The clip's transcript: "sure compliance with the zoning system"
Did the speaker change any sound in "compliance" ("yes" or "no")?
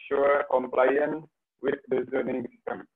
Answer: yes